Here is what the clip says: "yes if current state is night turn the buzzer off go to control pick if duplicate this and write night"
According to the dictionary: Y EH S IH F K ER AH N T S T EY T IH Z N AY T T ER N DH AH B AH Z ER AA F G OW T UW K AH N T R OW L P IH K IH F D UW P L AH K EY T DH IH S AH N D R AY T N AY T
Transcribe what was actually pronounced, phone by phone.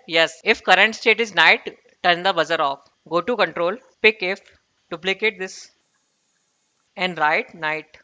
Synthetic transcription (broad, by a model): Y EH S IH F K ER AH N T S T EY T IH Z N AY T T ER N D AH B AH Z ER AA F G OW T UW K AH N T R OW L P IH K IH F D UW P L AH K EY T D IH S AH N D R AY T N AY T